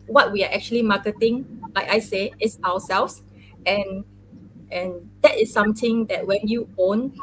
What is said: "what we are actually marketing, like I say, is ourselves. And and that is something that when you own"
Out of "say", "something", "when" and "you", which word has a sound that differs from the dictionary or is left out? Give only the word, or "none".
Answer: something